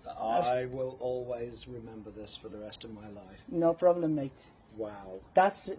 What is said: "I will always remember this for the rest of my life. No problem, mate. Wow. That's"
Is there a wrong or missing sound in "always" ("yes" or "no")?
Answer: no